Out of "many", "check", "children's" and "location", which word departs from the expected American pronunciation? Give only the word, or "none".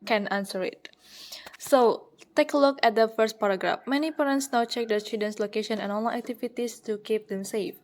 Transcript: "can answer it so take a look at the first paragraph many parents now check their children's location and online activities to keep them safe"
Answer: children's